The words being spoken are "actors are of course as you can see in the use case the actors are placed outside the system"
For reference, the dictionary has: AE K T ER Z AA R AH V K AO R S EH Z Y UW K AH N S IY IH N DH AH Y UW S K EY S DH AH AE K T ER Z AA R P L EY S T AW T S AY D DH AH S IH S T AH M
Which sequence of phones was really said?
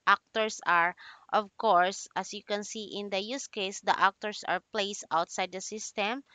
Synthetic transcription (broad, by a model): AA K T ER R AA R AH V K AO R S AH S Y UW K AH N S IY IH N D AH Y UW S K EY S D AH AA K T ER S AA R P L EY S T AW T S AY D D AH S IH S T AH M